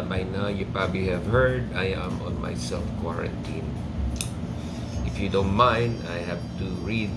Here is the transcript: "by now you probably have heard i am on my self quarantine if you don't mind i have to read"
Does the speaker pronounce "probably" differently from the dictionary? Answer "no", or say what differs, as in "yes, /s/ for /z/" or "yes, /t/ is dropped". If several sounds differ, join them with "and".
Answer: no